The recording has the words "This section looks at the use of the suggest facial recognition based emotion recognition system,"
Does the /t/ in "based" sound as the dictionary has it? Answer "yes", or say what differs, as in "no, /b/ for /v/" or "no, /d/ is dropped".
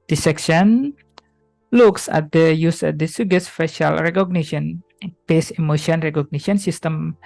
no, /t/ is dropped